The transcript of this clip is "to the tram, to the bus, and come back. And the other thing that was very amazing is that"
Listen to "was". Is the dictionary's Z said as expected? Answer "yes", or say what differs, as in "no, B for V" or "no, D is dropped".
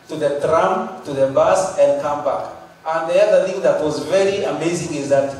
yes